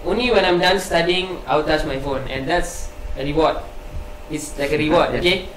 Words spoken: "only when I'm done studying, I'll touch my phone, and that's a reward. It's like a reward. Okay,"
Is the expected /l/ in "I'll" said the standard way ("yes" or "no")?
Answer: no